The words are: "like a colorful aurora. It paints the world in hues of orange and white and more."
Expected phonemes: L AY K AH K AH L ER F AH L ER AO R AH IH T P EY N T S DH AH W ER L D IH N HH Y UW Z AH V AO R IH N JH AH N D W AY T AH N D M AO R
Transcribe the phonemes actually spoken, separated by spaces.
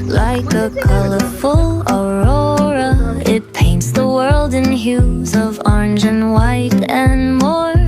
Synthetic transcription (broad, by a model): L AY K AH K AH L ER F AH L ER AO R AH IH T P EY N T S DH AH W ER L D IH N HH Y UW Z AH V AO R IH N JH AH N W AY T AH N M AO R